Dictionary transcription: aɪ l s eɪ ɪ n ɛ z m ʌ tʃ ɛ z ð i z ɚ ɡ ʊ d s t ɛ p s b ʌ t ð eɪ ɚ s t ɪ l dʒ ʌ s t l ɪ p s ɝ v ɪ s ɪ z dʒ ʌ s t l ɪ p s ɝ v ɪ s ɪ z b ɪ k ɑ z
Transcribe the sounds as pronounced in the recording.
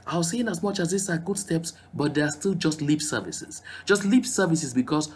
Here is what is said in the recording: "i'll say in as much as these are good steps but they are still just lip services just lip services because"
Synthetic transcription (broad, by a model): aɪ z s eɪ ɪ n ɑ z m ʌ tʃ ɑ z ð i s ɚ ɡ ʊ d s t ɛ p s b ʌ t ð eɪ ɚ s t ɪ l dʒ ʌ s t l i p s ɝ v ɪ s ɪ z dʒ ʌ s t l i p s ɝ v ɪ s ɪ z b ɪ k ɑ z